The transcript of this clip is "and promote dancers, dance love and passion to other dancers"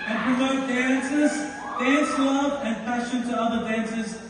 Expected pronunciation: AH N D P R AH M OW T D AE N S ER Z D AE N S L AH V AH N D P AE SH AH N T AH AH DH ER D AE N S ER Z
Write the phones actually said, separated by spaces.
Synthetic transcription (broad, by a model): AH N P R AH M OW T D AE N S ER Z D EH S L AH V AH N P AE SH AH N T AH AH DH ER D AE N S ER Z